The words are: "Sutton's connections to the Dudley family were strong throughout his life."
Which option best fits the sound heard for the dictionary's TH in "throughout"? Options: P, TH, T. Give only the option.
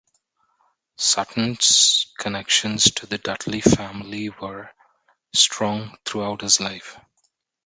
T